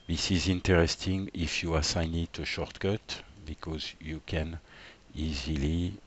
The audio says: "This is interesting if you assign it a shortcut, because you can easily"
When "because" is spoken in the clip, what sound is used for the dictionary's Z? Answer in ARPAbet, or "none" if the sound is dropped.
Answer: Z